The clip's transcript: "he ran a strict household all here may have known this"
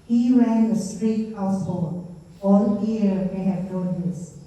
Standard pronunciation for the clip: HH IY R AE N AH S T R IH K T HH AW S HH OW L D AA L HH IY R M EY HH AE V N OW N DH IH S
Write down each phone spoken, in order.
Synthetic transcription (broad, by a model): HH IY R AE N AH S T R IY T HH AW S HH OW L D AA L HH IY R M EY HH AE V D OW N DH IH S